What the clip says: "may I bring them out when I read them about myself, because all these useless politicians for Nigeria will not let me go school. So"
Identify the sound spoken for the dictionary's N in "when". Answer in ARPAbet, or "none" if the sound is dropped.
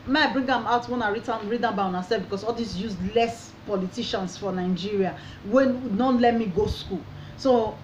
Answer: N